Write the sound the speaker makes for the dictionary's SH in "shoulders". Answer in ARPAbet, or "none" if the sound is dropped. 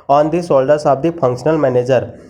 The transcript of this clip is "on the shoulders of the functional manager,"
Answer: S